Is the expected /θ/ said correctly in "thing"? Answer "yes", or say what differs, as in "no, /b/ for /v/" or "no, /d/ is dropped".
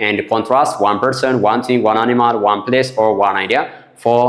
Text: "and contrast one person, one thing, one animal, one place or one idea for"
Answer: no, /t/ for /θ/